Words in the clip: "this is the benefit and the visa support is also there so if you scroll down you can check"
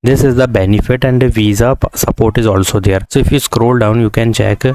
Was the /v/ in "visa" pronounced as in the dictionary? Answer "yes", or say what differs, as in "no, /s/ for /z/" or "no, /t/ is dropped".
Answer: yes